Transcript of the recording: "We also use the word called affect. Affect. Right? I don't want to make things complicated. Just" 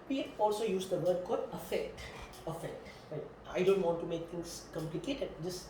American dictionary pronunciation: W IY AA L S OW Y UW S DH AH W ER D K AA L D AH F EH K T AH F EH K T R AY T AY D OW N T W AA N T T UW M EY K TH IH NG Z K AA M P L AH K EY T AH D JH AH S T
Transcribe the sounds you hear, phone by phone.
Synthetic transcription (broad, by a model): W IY AA L S OW Y UW S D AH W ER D K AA D AH F EH K T AH F EH K T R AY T AY D OW N T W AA N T T UW M EY K T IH NG S K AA M P L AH K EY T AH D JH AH S